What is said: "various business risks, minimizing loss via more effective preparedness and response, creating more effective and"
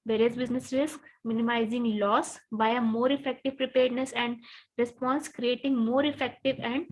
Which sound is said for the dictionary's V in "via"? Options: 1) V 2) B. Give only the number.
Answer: 2